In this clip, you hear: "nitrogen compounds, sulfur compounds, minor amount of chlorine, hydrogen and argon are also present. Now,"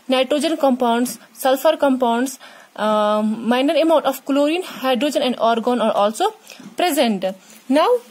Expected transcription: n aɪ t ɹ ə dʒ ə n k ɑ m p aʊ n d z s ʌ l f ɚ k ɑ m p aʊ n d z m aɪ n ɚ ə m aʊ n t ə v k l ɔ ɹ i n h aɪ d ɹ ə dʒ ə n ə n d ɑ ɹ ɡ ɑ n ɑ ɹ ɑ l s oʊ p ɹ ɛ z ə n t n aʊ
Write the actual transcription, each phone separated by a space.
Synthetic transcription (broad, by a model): n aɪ t ɹ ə dʒ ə n k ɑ m p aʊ n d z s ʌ l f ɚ k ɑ m p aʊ n d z m aɪ n ɚ ə m aʊ n t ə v k l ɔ ɹ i n h aɪ d ɹ ə dʒ ə n ə n d ɑ ɹ ɡ ɑ n ɑ ɹ ɑ l s oʊ p ɹ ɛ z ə n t n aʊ